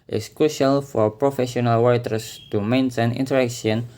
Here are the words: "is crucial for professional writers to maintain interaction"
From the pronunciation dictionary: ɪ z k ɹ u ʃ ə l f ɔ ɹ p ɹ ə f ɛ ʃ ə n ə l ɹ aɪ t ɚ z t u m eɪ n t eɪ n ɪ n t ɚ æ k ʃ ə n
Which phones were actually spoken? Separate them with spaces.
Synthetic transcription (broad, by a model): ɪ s k ɹ u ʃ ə l f ɔ ɹ p ɹ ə f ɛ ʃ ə n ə l w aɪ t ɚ s t u m eɪ n t eɪ n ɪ n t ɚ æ k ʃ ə n